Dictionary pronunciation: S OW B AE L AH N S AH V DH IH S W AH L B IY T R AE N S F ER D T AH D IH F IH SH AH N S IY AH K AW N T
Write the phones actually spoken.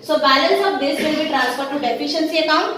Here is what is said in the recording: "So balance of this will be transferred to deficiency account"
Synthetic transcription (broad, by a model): S OW B AE L AH N S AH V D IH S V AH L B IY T R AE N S P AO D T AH D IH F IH SH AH N S IY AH K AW N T